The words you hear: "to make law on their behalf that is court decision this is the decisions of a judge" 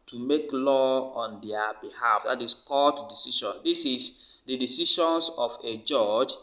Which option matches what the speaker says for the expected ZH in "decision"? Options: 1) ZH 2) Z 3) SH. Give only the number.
3